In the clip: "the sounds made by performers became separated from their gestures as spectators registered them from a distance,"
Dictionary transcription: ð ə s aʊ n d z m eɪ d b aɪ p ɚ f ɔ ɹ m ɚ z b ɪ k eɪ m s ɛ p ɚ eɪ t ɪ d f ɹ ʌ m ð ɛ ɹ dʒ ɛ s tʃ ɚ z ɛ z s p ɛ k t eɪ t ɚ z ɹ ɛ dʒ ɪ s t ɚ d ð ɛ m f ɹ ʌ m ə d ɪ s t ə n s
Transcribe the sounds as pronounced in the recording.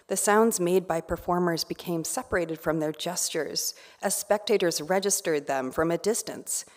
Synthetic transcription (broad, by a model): ð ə s aʊ n d z m eɪ d b aɪ p ɚ f ɔ ɹ m ɚ z b ɪ k eɪ m s ɛ p ɚ eɪ t ɪ d f ɹ ʌ m ð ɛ ɹ dʒ ɛ s tʃ ɚ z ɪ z s p ɛ k t eɪ t ɚ z ɹ ɛ dʒ ɪ s t ɚ d ð ɛ m f ɹ ʌ m ə d ɪ s t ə n s